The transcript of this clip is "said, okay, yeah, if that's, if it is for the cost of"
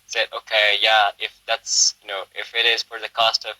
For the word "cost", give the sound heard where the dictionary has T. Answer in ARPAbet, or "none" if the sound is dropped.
T